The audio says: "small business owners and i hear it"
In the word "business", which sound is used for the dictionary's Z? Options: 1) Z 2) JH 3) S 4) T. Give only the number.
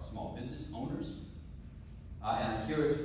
1